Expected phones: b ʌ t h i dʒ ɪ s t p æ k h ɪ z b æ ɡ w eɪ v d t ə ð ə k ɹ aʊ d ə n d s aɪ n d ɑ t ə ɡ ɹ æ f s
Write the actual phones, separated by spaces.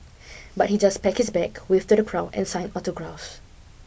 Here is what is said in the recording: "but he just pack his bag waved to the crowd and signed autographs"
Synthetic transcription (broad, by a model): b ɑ t h i dʒ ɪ s p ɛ k h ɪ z b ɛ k w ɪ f t ə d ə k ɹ aʊ ə n s aɪ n ɑ t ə ɡ ɹ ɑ f s